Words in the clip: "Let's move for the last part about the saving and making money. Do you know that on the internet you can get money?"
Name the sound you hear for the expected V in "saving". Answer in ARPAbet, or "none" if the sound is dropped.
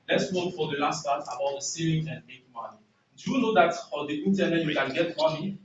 none